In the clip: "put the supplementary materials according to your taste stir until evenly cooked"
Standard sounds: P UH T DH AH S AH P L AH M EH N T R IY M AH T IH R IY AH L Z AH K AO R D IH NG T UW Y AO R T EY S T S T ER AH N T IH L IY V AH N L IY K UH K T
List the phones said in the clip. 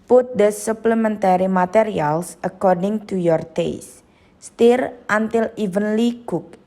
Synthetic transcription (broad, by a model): P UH T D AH S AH P L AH M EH N T R IY M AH T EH R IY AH L S AH K AO R D IH NG T UW Y AO R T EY S T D T AH N T IH L IY V AH N L IY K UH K